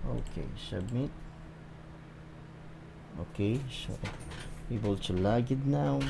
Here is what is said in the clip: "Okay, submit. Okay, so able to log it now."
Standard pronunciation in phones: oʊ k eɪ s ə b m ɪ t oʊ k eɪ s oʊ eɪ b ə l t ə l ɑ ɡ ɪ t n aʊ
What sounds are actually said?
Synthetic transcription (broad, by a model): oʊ k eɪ ʃ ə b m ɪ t oʊ k eɪ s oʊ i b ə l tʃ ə l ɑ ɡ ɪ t n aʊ